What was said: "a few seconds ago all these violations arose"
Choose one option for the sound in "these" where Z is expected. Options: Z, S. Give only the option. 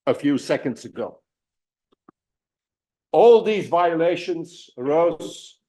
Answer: Z